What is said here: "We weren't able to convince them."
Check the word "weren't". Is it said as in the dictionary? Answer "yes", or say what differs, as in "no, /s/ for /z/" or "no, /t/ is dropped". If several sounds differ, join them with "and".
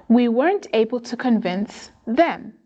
yes